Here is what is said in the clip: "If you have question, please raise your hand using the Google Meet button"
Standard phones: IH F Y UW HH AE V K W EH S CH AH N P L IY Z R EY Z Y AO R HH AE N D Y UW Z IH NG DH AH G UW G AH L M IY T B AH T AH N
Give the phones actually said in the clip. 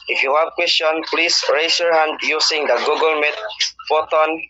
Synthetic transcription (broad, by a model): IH F Y UW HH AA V K W EH S CH AH N P L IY S R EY S Y AO R HH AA N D Y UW S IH NG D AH G UW G AH L M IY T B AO T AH N